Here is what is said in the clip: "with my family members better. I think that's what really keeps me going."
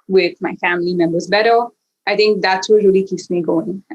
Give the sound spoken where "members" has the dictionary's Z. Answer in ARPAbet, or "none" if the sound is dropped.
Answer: Z